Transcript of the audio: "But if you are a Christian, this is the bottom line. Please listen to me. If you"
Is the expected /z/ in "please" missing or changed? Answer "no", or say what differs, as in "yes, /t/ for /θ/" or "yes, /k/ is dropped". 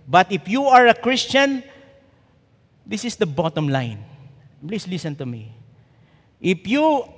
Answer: yes, /s/ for /z/